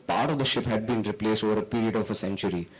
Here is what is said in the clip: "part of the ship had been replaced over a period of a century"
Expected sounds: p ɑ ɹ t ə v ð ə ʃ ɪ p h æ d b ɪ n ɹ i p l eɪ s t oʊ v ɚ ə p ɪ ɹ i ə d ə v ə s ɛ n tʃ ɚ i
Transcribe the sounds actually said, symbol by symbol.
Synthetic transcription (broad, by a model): p ɑ ɹ t ə v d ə ʃ ɪ p h æ d b ɪ n ɹ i p l eɪ s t oʊ v ɚ ə p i ɹ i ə d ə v ə s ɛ n tʃ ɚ i